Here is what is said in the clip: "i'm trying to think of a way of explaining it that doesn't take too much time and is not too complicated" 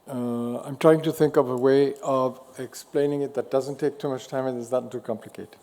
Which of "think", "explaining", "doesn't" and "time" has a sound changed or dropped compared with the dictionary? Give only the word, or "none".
none